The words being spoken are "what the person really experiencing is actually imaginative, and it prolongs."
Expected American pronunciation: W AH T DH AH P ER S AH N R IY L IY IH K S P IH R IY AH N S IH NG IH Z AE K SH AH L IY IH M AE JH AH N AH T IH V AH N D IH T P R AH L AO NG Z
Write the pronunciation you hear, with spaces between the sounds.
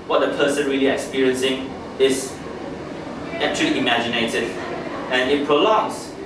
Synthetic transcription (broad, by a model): W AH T DH AH P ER S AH N R IY L IY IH K S P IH R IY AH N S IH NG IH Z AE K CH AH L IY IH M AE JH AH N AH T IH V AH N IH T P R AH L AO NG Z